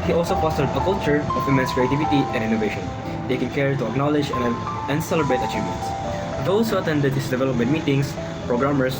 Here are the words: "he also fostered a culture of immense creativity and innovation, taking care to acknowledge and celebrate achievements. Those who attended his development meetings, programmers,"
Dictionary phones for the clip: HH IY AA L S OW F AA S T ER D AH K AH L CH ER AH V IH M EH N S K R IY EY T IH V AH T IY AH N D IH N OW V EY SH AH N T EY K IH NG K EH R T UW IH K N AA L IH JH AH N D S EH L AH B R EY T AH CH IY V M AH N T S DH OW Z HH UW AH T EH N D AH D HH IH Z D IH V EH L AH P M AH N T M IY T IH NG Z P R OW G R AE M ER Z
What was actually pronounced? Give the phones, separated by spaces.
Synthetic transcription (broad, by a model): HH IY AA L S OW P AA S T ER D AH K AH L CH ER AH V IH M EH N S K R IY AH T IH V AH T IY AH N D IH N OW V EY SH AH N T EY K IH NG K EH R T UW IH K N AA L IH JH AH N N S EH L AH B R EY T AH CH IY V M AH N T S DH OW S HH UW AH T EH N D AH D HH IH S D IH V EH L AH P M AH N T M IY T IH NG S P R OW G R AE M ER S